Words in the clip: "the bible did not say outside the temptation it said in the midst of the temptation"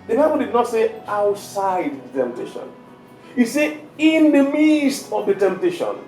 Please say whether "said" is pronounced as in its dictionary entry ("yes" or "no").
no